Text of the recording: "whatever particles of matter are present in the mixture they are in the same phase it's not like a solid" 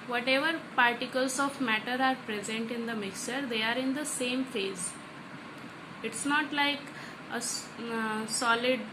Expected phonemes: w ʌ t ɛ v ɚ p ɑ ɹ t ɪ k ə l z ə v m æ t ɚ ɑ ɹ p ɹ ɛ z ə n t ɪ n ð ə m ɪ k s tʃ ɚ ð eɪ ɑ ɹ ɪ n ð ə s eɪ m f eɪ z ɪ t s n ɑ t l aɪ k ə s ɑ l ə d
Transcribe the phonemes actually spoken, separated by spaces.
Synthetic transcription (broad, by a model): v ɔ t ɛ v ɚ p ɑ ɹ t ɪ k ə l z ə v m æ t ɚ ɑ ɹ p ɹ ɛ z ə n t ɪ n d ə m ɪ k s tʃ ɚ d eɪ ɑ ɹ ɪ n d ə s eɪ m f eɪ z ɪ t s n ɑ t l aɪ k ə s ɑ l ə d